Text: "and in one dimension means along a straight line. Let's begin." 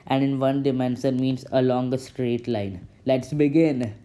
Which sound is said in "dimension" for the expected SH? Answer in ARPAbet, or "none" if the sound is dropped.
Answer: S